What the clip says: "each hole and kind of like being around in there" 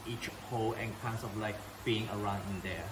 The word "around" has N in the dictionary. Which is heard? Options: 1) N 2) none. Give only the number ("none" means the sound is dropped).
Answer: 1